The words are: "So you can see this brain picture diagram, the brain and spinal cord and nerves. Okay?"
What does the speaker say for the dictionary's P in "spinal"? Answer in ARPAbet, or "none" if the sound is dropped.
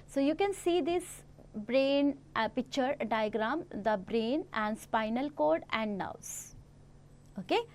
P